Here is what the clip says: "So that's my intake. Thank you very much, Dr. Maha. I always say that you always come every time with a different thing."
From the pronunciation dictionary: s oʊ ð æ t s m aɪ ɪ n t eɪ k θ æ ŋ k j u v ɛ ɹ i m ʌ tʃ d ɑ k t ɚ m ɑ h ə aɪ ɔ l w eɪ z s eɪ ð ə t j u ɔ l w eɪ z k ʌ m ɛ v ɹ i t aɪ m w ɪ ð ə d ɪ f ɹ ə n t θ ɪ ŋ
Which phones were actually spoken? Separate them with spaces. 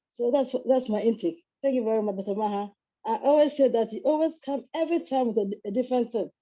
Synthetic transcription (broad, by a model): s oʊ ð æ t s m aɪ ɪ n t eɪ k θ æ ŋ k j u v ɛ ɹ i m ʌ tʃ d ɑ t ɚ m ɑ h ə aɪ ɔ l w eɪ z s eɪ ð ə t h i ɔ l w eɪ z k ʌ m ɛ v ɹ i t aɪ m w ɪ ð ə d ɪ f ɹ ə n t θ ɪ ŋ